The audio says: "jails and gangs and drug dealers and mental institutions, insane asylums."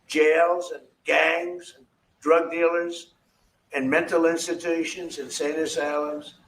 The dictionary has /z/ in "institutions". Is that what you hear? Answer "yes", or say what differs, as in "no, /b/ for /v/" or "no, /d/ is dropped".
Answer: yes